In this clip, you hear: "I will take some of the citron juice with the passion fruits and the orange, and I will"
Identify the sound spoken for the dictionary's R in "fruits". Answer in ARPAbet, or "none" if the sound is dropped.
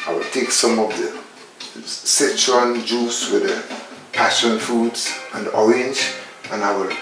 none